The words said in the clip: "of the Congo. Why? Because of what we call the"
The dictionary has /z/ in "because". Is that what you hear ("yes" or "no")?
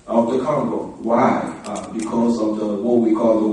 yes